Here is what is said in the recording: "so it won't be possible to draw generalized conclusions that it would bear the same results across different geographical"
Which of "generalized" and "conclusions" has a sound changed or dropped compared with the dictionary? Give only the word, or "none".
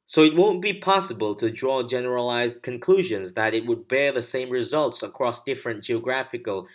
none